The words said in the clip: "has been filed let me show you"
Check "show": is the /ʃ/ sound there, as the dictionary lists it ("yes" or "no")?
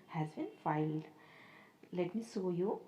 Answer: no